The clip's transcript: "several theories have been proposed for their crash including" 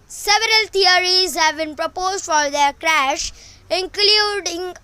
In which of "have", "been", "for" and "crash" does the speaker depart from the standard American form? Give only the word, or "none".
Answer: none